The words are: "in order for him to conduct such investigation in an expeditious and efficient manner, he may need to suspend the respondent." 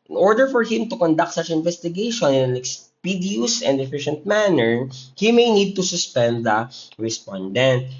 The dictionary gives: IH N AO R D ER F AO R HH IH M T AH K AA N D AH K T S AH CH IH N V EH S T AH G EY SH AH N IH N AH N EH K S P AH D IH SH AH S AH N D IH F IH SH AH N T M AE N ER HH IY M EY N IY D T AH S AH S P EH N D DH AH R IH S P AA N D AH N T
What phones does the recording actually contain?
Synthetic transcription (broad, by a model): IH N AO R D ER F AO R HH IH M T AH K AA N D AH K T S AH CH IH N V EH S T AH G EY SH AH N IH N AH N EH K S P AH D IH AH S AH N D IH F IH SH AH N T M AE N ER HH IY M EY N IY D T AH S AH S P EH N D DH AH R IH S P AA N D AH N T